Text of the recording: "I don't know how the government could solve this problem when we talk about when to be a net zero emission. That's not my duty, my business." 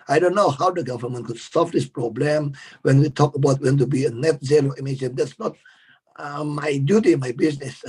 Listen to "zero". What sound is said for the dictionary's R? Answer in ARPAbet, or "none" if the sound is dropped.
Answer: L